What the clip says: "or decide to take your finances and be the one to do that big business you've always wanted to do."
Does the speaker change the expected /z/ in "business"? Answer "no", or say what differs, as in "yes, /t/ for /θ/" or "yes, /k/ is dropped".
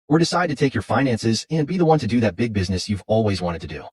no